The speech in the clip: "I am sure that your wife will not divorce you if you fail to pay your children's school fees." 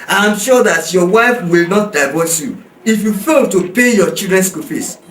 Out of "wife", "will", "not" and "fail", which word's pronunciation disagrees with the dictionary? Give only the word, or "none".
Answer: none